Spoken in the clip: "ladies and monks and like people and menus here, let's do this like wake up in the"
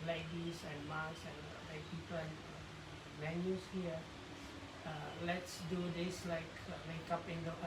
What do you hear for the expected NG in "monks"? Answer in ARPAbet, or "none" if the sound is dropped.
none